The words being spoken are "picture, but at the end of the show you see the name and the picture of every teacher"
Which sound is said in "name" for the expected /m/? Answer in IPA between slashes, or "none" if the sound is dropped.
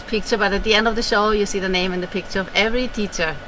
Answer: /m/